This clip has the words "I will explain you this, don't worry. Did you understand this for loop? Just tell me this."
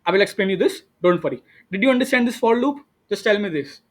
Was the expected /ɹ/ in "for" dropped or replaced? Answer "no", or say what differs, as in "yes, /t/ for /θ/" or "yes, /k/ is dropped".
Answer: yes, /l/ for /ɹ/